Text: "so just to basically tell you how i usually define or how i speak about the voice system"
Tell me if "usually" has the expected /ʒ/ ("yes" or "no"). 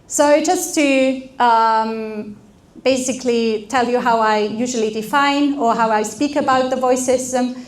yes